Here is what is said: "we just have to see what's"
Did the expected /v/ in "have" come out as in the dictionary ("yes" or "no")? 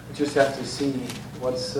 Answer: no